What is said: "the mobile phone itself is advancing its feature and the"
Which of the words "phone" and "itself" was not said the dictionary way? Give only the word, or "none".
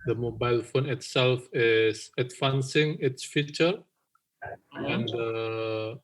none